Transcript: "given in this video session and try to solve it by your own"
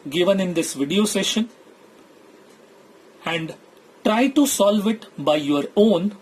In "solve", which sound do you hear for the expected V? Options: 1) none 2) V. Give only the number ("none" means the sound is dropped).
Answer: 2